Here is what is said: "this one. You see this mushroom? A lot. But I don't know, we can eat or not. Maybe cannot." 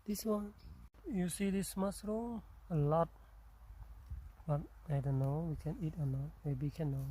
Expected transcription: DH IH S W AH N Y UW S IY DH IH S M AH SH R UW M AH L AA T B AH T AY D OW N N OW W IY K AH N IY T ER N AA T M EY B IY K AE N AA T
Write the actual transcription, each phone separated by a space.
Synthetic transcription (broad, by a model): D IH S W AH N Y UW S IY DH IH S M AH S R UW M AH L AA T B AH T AY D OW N N OW W IY K AH N IY T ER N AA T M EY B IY K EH N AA